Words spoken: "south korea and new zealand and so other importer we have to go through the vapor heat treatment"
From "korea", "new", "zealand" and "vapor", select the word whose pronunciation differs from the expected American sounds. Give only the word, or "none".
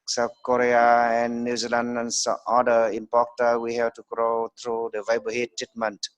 vapor